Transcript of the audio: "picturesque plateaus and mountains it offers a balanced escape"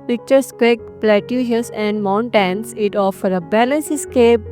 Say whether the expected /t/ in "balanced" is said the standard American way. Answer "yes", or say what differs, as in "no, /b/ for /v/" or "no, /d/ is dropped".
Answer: no, /t/ is dropped